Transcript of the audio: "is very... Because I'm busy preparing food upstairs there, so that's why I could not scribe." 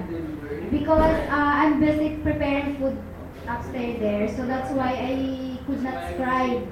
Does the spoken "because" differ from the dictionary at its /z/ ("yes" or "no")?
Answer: yes